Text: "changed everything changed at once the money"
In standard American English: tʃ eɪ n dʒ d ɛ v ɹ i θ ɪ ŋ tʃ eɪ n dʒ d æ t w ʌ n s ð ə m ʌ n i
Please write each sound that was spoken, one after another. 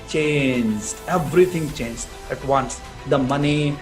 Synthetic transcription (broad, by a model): tʃ eɪ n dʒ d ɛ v ɹ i t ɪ ŋ tʃ eɪ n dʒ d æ t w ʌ n s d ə m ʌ n i